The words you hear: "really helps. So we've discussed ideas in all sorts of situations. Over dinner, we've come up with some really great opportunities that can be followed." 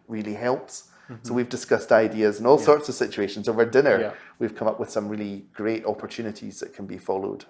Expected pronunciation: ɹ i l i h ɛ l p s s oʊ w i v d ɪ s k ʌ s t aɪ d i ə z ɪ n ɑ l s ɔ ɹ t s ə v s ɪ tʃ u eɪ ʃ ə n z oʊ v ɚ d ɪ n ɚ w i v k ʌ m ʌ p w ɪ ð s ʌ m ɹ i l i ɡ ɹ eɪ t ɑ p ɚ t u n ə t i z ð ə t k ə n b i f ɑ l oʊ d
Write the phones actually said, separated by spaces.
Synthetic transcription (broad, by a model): ɹ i l i h ɛ l p s s oʊ w i v d ɪ s k ʌ s t aɪ d i ə z ɪ n ɑ l s ɔ ɹ t s ə v s ɪ tʃ u eɪ ʃ ə n z oʊ v ɚ d ɪ n ɚ w i v k ʌ m ʌ p w ɪ ð s ʌ m ɹ i l i ɡ ɹ eɪ t ɑ p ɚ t u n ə t i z ð ə t k ə n b i f ɑ l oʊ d